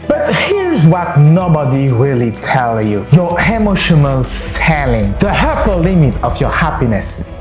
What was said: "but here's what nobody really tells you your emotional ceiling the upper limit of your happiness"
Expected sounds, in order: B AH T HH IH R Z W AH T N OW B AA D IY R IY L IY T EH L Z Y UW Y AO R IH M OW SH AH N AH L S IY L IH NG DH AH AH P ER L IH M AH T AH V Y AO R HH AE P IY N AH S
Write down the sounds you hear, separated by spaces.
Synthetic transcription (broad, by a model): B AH T HH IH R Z W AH T N OW B AA D IY R IY L IY T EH L Y UW Y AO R IH M OW SH AH N AH L S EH L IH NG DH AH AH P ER L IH M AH T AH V Y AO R HH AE P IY N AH S